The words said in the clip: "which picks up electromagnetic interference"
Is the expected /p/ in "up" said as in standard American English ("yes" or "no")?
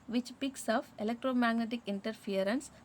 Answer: no